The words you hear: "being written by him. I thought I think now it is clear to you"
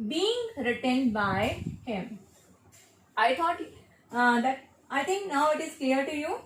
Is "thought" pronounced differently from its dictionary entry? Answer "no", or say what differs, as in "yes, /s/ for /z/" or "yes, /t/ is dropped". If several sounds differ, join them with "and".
yes, /t/ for /θ/